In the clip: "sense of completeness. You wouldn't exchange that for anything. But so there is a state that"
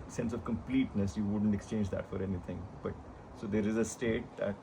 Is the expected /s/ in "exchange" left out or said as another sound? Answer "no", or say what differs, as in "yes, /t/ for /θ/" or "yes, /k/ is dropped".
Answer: no